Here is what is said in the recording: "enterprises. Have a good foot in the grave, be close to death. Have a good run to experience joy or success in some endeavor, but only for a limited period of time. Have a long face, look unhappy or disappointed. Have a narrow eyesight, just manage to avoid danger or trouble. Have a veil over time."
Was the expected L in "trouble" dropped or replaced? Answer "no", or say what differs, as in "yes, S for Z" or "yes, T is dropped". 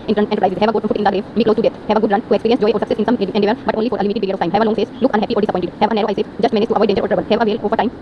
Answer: yes, N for L